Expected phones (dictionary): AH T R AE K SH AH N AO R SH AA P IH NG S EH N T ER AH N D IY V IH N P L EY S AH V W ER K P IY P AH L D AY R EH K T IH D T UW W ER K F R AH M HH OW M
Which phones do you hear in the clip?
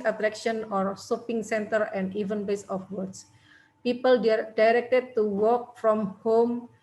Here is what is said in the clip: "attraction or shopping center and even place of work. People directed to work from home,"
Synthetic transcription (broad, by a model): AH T R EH K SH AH N AO R S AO P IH NG S EH N T ER AH N D IY V IH N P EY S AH F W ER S P IY P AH L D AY R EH K T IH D T UW W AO K F R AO M HH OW M